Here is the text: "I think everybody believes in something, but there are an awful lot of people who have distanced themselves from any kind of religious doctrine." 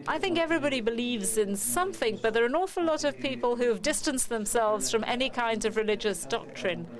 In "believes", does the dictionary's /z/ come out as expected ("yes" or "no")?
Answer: yes